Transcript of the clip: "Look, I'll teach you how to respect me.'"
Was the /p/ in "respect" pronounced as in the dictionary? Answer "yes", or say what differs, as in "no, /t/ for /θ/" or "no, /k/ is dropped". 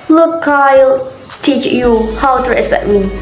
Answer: no, /p/ is dropped